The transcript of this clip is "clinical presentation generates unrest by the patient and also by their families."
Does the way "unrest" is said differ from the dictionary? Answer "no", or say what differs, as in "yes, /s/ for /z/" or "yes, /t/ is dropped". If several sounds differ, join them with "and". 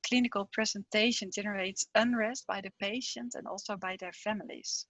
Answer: no